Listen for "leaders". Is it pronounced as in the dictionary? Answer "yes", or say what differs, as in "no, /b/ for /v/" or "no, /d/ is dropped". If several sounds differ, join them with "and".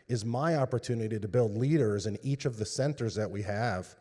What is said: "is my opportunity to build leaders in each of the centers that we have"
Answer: yes